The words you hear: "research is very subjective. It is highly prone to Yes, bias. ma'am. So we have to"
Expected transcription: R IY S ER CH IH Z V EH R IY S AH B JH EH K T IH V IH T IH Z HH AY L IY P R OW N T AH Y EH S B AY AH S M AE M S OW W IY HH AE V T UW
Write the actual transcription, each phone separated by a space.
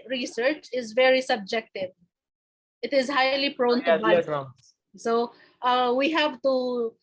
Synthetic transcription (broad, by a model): R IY S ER CH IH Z V EH R IY S AH B JH EH K T IH V IH T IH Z HH AY L IY P R OW N T AH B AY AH S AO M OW W IY HH AE V T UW